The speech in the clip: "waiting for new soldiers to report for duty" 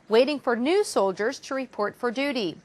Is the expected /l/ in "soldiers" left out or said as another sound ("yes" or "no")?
no